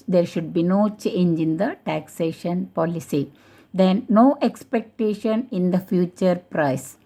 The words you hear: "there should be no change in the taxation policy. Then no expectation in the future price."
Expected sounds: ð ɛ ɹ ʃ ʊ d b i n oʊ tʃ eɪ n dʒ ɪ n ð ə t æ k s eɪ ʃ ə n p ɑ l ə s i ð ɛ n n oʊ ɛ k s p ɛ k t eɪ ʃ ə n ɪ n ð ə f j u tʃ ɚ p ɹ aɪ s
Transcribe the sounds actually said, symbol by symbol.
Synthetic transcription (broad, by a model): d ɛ ɹ ʃ ʊ d b i n oʊ tʃ eɪ n dʒ ɪ n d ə t æ k s eɪ ʃ ə n p ɑ l ə s i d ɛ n n oʊ ɛ k s p ɛ k t eɪ ʃ ə n ɪ n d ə f j u tʃ ɚ p ɹ aɪ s